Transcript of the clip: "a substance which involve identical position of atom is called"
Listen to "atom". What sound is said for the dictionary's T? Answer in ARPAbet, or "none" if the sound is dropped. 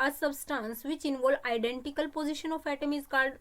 T